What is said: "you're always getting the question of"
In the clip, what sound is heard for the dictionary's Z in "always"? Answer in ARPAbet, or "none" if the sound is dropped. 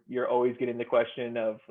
Z